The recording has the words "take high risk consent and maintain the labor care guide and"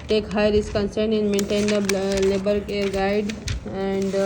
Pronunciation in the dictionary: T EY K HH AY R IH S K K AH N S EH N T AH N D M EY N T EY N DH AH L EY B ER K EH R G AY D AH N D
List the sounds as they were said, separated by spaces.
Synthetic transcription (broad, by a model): T EY K HH AY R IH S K K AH N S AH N AH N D M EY N T EY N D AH L EY B ER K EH R G AY D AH N D